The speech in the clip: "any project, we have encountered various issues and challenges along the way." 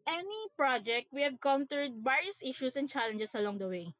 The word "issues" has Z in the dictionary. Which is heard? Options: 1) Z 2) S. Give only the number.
2